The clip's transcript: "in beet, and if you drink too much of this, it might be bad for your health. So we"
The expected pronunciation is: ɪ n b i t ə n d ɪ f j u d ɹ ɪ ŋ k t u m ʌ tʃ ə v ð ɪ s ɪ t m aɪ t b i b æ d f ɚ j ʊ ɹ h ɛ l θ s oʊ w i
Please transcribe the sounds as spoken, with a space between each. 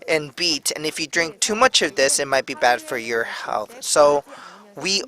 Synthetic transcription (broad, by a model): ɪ n b i t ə n ɪ f j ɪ d ɹ ɪ ŋ k t u m ʌ tʃ ə v ð ɪ s ɪ t m aɪ t b i b æ d f ɚ j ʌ ɹ h ɛ l θ s oʊ w i